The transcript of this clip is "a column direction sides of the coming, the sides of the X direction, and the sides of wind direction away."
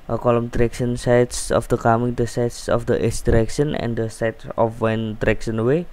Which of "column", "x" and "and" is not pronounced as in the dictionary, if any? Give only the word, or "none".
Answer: x